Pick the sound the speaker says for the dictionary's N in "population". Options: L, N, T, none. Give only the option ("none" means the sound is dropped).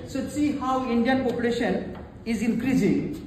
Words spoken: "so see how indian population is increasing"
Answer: N